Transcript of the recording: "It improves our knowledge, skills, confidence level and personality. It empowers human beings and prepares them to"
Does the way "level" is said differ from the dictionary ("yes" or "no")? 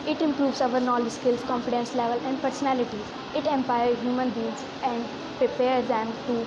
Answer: no